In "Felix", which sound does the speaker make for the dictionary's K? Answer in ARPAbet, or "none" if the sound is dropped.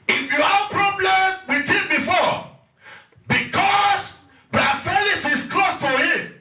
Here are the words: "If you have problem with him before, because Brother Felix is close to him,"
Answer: none